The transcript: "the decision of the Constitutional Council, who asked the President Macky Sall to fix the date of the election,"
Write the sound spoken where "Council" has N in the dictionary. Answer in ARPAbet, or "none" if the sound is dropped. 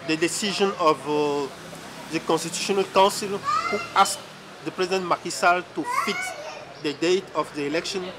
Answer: none